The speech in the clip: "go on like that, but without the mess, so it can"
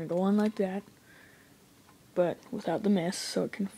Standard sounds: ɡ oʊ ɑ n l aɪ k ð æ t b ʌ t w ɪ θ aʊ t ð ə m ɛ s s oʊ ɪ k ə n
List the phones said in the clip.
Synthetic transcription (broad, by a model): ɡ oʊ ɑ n l aɪ k ð æ t b ʌ t w ɪ θ aʊ t ð ə m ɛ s s oʊ ɪ k n